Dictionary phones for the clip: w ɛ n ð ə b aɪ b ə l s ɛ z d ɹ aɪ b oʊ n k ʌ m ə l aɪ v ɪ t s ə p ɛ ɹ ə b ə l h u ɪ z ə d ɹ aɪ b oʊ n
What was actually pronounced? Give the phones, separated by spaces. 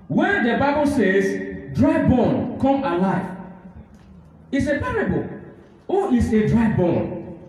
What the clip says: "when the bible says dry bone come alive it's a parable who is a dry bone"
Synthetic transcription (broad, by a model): w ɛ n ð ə b aɪ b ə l s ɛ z d ɹ aɪ b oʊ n k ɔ m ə l aɪ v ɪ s ə p ɛ ɹ ə b ə l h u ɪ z ə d ɹ aɪ b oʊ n